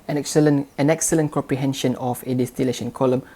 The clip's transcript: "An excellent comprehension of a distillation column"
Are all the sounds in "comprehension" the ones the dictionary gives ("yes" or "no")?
yes